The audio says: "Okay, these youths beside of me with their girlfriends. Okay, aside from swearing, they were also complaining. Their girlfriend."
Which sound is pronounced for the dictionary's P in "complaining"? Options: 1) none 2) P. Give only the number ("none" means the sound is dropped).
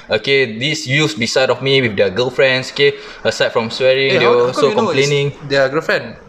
1